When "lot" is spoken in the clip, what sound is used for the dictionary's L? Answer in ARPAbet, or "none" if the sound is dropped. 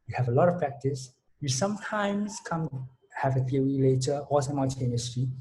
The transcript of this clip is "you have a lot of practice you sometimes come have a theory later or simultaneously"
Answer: L